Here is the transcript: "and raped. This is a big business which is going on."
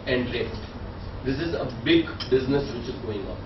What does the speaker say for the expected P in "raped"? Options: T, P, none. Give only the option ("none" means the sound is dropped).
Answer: none